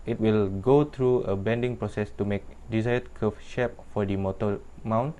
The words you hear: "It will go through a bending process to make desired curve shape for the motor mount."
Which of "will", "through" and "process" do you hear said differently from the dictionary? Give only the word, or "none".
through